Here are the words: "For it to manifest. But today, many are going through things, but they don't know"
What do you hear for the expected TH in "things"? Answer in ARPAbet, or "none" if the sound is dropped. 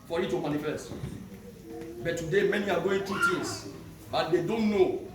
T